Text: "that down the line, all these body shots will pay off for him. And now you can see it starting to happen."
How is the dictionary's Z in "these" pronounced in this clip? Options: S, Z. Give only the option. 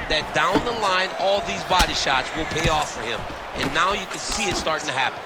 Z